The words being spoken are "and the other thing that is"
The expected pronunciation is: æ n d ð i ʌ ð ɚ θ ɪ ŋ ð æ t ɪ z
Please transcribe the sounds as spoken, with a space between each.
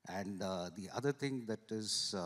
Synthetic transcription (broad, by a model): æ n d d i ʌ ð ɚ t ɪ ŋ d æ t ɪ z